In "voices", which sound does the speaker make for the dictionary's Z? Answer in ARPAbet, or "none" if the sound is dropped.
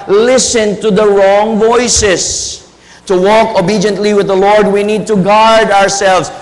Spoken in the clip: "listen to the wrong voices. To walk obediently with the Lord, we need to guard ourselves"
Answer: S